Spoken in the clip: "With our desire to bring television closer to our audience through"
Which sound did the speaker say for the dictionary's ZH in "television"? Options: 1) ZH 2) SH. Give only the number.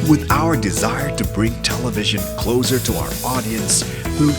1